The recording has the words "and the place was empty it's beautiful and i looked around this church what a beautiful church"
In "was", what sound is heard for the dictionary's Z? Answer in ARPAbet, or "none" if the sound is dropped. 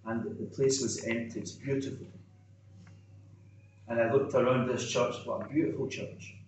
Z